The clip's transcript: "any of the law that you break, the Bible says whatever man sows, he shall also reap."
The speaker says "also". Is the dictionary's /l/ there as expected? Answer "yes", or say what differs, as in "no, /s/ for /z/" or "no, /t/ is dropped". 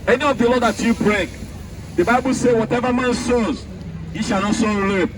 no, /l/ is dropped